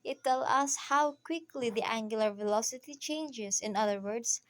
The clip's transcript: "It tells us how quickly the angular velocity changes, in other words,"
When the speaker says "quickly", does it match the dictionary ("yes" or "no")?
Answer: yes